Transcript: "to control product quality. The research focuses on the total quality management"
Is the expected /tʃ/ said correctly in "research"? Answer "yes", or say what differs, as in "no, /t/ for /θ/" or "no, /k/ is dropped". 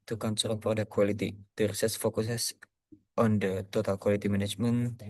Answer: no, /s/ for /tʃ/